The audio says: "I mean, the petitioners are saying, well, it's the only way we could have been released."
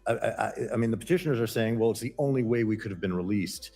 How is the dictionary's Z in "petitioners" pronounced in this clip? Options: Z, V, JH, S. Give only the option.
Z